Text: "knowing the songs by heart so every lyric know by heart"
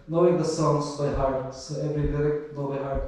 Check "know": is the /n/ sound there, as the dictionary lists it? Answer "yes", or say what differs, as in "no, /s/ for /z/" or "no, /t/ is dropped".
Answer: no, /l/ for /n/